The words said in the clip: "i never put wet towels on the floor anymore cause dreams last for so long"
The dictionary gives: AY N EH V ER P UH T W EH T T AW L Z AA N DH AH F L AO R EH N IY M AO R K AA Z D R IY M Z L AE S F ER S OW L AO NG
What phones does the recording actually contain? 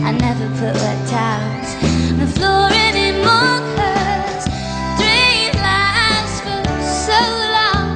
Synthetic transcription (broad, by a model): AY N EH V ER P UH T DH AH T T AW N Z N DH AH F L AO R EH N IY M AO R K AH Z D R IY Z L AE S F ER S OW L AO NG